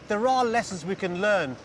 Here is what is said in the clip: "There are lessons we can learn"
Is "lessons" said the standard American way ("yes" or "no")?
yes